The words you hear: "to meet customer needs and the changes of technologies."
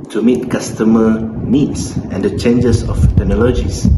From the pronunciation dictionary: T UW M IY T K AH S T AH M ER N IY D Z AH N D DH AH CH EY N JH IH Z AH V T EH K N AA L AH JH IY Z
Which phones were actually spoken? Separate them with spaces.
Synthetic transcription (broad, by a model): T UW M IY T K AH S T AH M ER N IY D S AH N D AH CH EY N JH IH S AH F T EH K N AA L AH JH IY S